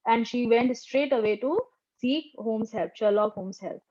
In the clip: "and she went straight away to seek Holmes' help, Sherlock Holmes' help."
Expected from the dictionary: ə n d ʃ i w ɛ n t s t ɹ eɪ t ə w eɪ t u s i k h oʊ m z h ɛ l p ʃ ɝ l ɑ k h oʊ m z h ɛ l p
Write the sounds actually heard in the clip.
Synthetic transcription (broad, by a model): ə n d ʃ i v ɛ n t s t ɹ eɪ t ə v eɪ t u s i k h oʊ m s h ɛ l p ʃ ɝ l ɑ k h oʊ m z h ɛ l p